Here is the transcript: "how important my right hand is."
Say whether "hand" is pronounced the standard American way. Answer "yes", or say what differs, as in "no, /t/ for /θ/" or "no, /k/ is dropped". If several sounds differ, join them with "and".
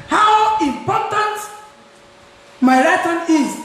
no, /d/ is dropped